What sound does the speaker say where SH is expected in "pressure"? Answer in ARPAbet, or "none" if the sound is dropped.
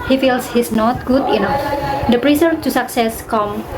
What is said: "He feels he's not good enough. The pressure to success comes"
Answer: S